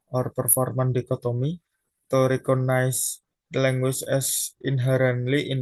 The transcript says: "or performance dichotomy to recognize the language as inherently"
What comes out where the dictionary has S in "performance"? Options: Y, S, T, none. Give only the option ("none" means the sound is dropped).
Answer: none